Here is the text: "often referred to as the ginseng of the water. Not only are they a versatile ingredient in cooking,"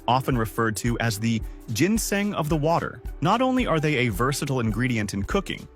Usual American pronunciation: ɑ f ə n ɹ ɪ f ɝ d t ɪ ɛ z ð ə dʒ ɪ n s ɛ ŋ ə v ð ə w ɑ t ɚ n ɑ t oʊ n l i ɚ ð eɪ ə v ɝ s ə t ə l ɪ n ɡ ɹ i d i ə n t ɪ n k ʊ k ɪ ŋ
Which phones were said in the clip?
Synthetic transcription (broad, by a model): ɑ f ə n ɹ ɪ f ɝ d t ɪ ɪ z ð ə dʒ ɪ n s ɛ ŋ ə v ð ə w ɑ t ɚ n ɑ t oʊ n l i ɚ ð eɪ ə v ɝ s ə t l ɪ n ɡ ɹ i d i ə n t ɪ n k ʊ k ɪ ŋ